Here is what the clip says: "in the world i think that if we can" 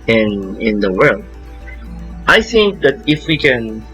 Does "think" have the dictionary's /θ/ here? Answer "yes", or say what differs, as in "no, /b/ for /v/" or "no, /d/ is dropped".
yes